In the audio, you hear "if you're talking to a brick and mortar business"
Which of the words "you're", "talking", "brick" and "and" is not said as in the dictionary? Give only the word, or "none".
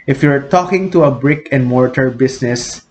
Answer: none